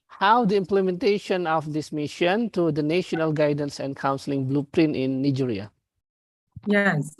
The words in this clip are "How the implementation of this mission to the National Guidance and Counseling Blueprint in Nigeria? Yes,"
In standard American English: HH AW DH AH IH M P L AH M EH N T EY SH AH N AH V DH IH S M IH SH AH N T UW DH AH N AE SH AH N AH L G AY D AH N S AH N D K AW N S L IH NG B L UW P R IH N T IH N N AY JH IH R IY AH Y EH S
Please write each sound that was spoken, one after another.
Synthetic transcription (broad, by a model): HH AW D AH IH M P L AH M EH N T EY SH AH N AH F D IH S M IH SH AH N T UW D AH N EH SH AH N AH L G AY D AH N S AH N K AW N S L IH NG B L UW P R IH N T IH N N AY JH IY R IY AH Y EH S